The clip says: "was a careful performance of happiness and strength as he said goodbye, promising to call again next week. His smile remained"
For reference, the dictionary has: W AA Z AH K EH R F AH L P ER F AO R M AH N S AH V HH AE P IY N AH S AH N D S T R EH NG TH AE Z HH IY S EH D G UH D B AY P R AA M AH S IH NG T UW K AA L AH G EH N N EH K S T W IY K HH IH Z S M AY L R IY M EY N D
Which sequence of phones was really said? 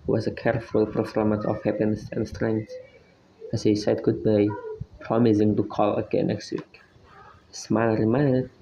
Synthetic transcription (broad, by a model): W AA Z AH K EH R F AH L P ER F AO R M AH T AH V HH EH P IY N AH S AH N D S T R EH NG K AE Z HH IY S EH D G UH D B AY P R AA M AH S IH NG T UW K AA L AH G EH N N EH K S T W IY K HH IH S M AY N R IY M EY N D